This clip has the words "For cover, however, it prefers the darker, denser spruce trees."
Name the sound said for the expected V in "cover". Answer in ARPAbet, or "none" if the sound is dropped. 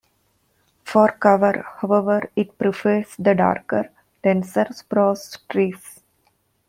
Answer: V